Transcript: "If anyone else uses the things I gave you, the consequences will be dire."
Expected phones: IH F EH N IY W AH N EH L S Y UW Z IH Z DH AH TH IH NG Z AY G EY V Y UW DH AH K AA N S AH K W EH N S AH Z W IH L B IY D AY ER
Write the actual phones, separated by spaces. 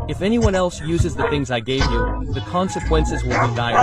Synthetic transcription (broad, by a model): IH F EH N IY W AH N EH L S Y UW Z IH Z DH AH TH IH NG Z AY G EY V Y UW DH AH K AA N S AH K W EH N S AH Z W IH L B IY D AY